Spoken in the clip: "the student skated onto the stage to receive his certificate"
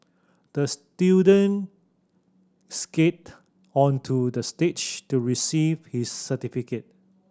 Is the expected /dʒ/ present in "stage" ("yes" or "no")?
no